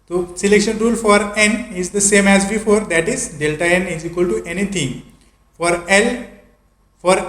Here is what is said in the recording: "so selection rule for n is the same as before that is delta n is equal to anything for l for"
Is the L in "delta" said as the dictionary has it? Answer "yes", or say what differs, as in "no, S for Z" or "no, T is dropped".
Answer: yes